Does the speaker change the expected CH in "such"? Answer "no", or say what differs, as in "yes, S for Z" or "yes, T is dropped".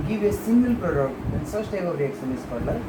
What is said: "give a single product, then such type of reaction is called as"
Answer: yes, S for CH